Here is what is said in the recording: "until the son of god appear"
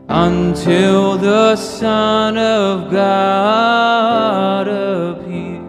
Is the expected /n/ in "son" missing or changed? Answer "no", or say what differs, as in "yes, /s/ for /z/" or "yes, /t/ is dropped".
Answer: no